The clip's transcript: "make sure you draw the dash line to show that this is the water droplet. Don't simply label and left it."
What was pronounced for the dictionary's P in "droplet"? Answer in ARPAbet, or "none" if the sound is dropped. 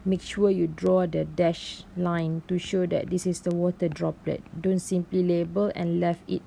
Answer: P